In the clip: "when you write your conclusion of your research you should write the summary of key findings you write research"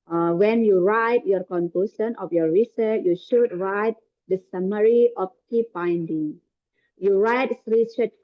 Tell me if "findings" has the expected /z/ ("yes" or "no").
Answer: no